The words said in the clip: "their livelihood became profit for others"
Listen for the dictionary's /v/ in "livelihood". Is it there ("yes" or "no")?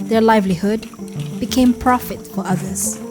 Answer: yes